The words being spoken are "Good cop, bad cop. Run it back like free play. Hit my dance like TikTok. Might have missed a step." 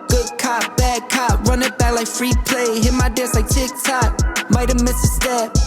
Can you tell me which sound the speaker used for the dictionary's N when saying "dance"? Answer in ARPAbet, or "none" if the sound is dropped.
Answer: none